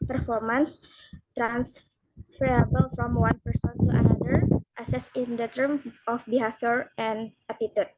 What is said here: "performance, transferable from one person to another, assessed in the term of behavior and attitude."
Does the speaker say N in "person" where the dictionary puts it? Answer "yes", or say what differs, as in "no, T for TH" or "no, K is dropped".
yes